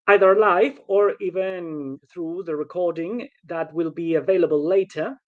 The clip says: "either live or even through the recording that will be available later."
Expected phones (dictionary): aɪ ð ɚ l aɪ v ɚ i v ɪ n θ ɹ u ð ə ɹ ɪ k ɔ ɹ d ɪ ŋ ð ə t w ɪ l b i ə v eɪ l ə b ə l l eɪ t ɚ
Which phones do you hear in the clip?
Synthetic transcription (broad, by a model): aɪ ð ɚ l aɪ f ɚ i v ɪ n θ ɹ u ð ə ɹ ɪ k ɔ ɹ d ɪ ŋ ð ə t w ɪ l b i ə v eɪ l ə b ə l l eɪ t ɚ